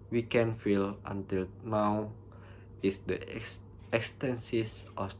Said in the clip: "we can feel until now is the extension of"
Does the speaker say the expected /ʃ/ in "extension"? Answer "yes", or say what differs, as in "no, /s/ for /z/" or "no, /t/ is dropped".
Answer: no, /s/ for /ʃ/